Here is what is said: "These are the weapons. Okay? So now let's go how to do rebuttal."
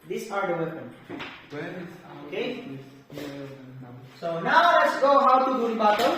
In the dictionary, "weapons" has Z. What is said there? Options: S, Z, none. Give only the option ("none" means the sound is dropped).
none